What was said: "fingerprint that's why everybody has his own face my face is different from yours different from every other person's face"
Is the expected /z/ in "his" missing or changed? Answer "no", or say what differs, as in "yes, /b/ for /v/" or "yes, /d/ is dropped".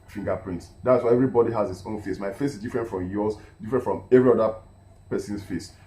yes, /s/ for /z/